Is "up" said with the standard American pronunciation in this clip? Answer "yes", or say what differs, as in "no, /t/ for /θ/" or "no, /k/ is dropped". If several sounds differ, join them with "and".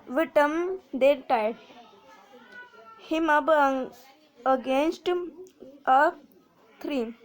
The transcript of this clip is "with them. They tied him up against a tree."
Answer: no, /b/ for /p/